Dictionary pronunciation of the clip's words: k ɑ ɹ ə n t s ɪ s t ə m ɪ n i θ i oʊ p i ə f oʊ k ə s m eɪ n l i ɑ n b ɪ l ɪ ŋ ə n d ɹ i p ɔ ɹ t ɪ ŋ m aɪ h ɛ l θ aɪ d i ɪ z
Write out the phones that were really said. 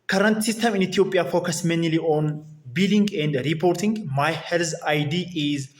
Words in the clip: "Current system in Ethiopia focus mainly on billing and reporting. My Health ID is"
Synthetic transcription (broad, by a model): k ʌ ɹ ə n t s ɪ s t ə m ɪ n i t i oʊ p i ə f oʊ k ə s m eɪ n l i ɑ n b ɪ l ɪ ŋ ə n d ɹ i p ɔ ɹ t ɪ ŋ m aɪ h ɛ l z aɪ d i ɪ z